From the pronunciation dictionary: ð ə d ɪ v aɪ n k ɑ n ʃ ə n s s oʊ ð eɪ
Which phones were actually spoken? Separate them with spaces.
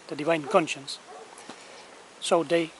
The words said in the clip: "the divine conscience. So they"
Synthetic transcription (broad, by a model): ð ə d ɪ v aɪ n k ɑ n ʃ ə n s s oʊ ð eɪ